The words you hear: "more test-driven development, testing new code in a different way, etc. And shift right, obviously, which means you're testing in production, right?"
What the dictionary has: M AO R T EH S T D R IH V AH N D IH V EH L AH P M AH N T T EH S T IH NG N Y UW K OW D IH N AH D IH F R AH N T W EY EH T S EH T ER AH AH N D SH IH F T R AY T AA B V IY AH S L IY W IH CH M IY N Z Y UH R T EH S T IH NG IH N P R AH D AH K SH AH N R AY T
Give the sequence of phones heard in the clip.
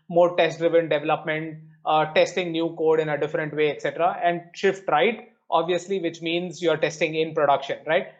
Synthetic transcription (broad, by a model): M AO R T EH S T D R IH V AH N D IH V EH L AH P M AH N T T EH S T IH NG N Y UW K OW D IH N AH D IH F R AH N T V EY EH T S EH T ER AH AH N D SH IH F T R AY T AA B V IY AH S L IY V IH CH M IY N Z Y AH R T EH S T IH NG IH N P R AH D AH K SH AH N R AY T